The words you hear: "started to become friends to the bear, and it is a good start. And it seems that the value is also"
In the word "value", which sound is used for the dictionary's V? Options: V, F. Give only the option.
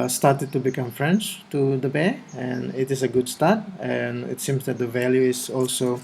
V